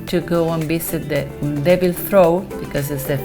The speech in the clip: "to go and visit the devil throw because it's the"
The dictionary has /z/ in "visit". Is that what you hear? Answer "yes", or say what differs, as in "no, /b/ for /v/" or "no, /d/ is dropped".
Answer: no, /s/ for /z/